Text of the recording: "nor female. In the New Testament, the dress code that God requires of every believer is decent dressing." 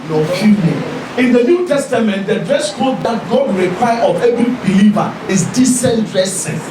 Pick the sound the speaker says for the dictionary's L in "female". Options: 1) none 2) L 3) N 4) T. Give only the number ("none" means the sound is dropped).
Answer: 3